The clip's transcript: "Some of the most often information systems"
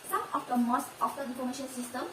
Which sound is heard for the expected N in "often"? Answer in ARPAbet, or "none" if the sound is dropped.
none